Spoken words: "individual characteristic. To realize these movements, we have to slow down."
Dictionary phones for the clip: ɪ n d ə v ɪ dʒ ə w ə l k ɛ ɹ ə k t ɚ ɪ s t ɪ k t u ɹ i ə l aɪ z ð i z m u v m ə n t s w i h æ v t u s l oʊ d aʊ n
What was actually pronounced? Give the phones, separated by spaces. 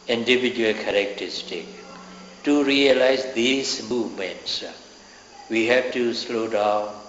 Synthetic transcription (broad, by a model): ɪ n d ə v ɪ dʒ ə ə l k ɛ ɹ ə k t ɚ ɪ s t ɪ k t u ɹ i ə l aɪ z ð i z m u v m ə n t s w i h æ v t u s l oʊ d aʊ n